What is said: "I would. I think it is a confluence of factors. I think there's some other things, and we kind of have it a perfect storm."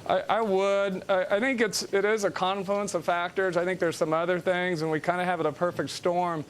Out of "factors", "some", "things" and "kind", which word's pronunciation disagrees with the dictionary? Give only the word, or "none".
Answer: none